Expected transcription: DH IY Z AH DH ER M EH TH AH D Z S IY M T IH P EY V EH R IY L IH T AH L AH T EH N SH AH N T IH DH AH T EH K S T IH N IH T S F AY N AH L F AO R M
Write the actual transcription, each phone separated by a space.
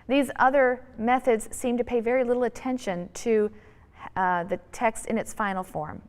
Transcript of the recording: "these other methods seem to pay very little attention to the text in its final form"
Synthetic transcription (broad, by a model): DH IY Z AH DH ER M EH TH AH D Z S IY M T IH P EY V EH R IY L IH T L AH T EH N SH AH N T IH DH AH T EH K S T IH N IH T S F AY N L F AO R M